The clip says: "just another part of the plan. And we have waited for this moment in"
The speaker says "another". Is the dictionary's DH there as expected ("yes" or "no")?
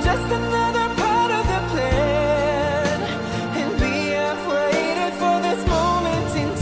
yes